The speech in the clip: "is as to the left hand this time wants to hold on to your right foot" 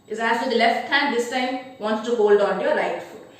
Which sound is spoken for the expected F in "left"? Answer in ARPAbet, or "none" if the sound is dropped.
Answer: F